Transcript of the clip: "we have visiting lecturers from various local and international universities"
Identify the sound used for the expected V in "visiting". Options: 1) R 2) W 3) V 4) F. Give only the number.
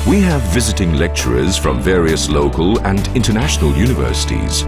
3